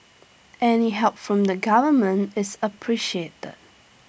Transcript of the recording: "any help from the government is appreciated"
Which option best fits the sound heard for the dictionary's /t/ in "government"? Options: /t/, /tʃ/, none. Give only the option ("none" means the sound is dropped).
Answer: /t/